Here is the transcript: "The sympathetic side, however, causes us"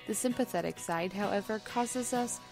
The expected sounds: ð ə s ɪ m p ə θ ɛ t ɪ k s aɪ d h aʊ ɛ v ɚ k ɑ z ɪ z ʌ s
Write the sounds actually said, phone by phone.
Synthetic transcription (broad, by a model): ð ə s ɪ m p ə θ ɛ t ɪ k s aɪ d h aʊ ɛ v ɚ k ɑ z ɪ z ʌ s